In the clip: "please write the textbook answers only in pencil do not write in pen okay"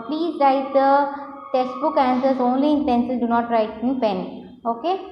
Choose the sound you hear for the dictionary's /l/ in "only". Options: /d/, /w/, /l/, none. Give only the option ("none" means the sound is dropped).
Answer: /l/